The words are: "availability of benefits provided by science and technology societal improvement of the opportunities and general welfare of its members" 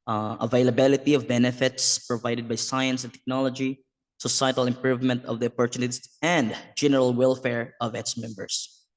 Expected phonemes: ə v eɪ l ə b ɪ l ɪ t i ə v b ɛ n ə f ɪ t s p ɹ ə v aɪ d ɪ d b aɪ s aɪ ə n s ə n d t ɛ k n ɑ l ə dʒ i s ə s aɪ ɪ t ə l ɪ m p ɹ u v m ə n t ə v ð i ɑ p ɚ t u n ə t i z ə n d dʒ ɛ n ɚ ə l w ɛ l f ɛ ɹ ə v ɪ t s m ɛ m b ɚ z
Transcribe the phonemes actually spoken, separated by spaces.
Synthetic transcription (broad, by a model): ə v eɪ l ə b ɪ l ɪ t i ə v b ɛ n ə f ɪ t s p ɹ ə v aɪ d ɪ d b aɪ s aɪ ə n s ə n t ɛ k n ɑ l ə dʒ i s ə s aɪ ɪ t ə l ɪ m p ɹ u v m ə n t ə v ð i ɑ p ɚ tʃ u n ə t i s ə n d dʒ ɛ n ɚ ə l w ɛ l f ɛ ɹ ə v ɪ t s m ɛ m b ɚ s